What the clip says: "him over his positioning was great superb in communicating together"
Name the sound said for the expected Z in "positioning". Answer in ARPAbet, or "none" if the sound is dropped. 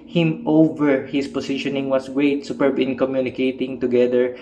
S